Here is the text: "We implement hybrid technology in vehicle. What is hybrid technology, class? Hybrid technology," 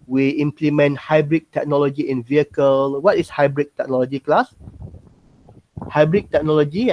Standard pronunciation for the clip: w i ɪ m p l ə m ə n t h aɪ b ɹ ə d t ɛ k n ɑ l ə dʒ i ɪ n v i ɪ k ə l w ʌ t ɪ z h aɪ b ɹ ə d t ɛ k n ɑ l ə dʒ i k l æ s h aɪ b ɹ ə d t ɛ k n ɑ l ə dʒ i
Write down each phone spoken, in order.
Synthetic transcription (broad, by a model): w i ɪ m p l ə m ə n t h aɪ b ɹ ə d t ɛ k n ɑ l ə dʒ i ɪ n v i ɪ k ə l w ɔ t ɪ s h aɪ b ɹ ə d t ɛ k n ɑ l ə dʒ i k l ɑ s h aɪ b ɹ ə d t ɛ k n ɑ l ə dʒ i